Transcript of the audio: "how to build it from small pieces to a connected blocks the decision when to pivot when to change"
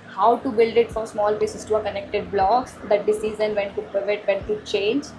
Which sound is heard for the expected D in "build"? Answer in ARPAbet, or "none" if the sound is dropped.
D